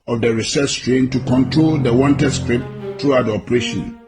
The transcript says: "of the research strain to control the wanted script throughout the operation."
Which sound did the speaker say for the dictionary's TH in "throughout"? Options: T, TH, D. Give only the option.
T